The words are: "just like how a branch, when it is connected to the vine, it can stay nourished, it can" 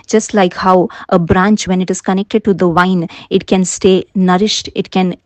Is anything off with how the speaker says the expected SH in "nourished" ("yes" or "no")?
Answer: no